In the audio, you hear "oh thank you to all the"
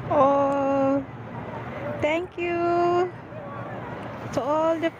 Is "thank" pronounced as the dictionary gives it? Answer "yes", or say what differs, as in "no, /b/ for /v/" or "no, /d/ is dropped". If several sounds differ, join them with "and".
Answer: no, /t/ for /θ/